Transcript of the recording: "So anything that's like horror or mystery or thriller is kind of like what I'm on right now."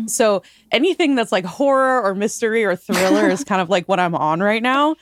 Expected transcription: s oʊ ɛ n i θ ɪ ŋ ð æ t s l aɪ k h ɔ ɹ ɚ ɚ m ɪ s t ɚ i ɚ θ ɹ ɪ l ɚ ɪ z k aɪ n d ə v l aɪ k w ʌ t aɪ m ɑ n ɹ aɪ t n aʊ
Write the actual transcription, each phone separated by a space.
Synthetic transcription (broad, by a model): s oʊ ɛ n i θ ɪ ŋ ð æ t s l aɪ k h ɔ ɹ ɚ ɚ m ɪ s t ɚ i ɚ θ ɹ ɪ l ɚ ɪ z k aɪ n d ə v l aɪ k w ʌ t aɪ m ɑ n ɹ aɪ t n aʊ